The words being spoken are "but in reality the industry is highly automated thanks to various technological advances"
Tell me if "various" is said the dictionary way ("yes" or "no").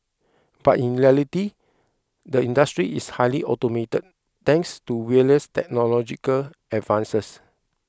no